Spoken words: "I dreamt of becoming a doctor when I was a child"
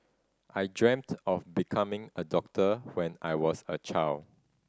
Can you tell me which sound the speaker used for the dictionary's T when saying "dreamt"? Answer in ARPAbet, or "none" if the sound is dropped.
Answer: T